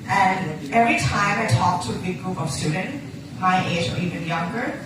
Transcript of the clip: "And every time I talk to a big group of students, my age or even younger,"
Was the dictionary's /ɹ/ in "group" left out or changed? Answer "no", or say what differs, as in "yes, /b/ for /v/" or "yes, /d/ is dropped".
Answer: no